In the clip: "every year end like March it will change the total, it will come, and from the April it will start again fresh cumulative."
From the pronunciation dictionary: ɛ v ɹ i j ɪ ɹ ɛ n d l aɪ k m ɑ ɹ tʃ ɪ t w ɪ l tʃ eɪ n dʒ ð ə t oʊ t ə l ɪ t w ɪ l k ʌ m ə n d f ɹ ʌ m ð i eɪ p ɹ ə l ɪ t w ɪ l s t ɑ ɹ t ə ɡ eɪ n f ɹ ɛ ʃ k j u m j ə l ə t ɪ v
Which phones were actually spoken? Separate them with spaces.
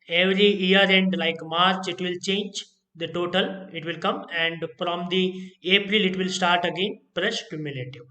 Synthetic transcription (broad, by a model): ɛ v ɹ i j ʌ ɹ ɛ n d l aɪ k m ɑ ɹ tʃ ɪ t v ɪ l tʃ eɪ n dʒ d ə t oʊ t ə l ɪ t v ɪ l k ʌ m ə n d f ɹ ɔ m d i eɪ p ɹ ə l ɪ t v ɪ l s t ɑ ɹ t ə ɡ eɪ n p ɹ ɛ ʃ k j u m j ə l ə t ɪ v